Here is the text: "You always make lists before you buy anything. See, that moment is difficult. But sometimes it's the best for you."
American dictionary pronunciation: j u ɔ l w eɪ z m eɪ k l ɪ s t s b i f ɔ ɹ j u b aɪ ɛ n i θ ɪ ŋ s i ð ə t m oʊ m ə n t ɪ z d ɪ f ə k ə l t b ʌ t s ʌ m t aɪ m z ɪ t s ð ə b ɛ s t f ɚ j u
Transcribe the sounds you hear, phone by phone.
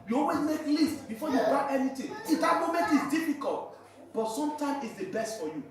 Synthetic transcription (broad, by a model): j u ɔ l w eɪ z m eɪ k l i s t b i f ɔ j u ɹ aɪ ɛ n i t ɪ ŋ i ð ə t m oʊ m ə n t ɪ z d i f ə k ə l t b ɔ t s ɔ m t aɪ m ɪ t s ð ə b ɛ s t f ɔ j u